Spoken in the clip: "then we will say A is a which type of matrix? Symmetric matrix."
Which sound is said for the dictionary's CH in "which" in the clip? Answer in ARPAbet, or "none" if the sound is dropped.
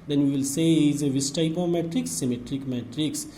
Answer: S